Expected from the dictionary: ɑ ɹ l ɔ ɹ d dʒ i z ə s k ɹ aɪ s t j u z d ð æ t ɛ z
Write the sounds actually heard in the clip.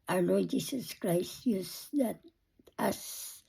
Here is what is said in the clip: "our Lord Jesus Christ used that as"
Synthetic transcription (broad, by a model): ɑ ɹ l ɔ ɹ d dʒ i s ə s k ɹ aɪ s t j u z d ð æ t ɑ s